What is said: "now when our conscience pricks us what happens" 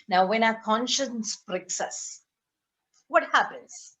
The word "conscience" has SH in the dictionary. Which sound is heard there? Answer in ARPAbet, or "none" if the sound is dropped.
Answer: SH